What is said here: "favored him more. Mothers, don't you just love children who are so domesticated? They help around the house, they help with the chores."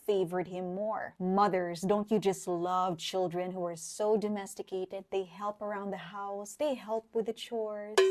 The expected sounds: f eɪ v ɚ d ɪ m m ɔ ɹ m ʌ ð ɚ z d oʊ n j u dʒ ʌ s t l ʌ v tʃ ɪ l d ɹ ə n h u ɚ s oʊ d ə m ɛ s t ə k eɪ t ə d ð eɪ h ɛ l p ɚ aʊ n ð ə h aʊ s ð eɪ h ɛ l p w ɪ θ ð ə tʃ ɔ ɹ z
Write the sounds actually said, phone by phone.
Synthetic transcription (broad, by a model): f eɪ v ɚ d ɪ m m ɔ ɹ m ʌ ð ɚ z d oʊ n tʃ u dʒ ʌ s t l ʌ v tʃ ɪ l d ɹ ə n h u ɚ s oʊ d ə m ɛ s t ə k eɪ t ə d ð eɪ h ɛ l p ɚ aʊ n ð ə h aʊ s ð eɪ h ɛ l p w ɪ ð ə tʃ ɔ ɹ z